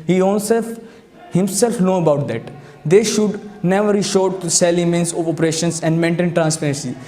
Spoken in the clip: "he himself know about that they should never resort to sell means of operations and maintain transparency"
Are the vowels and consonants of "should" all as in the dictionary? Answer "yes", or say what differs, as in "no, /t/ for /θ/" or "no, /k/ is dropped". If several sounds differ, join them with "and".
yes